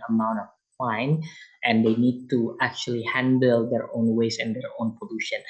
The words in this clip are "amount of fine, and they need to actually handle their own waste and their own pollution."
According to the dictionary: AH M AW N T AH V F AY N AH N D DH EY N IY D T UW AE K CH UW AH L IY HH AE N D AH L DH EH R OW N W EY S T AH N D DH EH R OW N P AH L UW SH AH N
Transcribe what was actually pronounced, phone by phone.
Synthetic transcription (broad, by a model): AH M AW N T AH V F AY N AH N D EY N IY D T UW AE K CH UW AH L IY HH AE N D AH L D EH R OW N W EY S AH N D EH R OW N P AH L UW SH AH N